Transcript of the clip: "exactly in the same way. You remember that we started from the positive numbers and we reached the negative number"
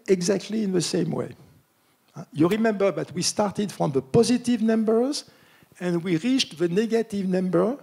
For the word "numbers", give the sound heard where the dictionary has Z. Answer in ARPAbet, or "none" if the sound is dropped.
Z